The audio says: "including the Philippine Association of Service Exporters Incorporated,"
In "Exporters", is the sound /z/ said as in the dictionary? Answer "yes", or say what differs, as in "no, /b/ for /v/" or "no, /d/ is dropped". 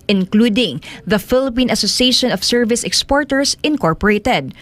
no, /s/ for /z/